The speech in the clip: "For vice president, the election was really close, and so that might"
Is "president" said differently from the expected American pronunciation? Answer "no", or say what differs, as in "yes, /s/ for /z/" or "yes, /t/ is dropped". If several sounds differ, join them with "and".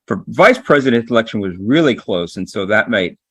no